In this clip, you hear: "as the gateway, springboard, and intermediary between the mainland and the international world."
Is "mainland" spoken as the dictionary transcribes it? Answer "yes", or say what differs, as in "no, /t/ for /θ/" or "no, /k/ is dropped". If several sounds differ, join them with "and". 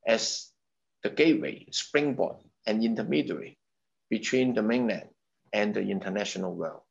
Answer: no, /d/ is dropped